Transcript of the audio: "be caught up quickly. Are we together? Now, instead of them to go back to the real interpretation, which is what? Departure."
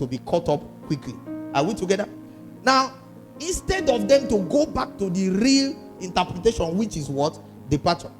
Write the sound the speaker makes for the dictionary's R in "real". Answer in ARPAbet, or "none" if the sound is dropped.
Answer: R